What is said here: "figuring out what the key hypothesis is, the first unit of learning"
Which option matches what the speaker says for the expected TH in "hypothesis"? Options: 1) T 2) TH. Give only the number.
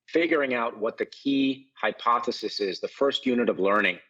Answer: 2